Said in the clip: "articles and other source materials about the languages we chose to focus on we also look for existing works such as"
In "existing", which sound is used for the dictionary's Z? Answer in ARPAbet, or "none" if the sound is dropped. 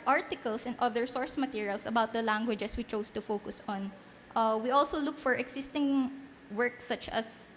S